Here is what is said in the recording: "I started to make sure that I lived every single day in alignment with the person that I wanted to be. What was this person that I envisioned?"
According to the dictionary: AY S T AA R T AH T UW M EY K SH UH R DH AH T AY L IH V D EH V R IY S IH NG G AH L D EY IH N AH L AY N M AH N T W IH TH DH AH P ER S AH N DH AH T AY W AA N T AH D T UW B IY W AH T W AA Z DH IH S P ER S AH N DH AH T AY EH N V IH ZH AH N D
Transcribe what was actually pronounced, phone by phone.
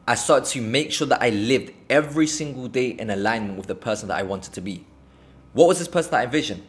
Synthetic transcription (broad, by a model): AY S AA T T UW M EY K SH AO DH AH T AY L IH V D EH V R IY S IH NG G AH L D EY IH N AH L AY N M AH N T W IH DH AH P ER S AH N DH AH T AY W AA N T AH D T UW B IY W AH T W AA Z DH IH S P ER S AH N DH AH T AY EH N V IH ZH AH N